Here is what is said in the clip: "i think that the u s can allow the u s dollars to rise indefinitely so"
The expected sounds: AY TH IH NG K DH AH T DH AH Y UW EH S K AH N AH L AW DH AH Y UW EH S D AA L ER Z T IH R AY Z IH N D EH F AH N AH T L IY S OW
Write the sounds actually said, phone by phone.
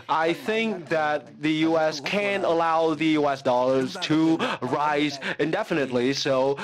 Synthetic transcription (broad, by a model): AY TH IH NG K DH AH T DH AH Y UW EH S K AH N AH L AW DH AH Y UW EH S D AA L ER Z T IH R AY Z IH N D EH F AH N AH T L IY S OW